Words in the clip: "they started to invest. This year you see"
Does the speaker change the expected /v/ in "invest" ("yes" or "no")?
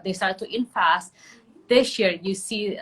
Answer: yes